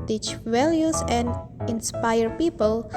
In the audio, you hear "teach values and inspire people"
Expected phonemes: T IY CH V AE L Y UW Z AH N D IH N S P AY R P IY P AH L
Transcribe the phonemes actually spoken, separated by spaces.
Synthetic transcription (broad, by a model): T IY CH W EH L Y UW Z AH N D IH N S P AY R P IY P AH L